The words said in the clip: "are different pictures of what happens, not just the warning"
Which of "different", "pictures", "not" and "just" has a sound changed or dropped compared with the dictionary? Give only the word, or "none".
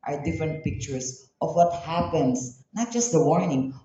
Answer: pictures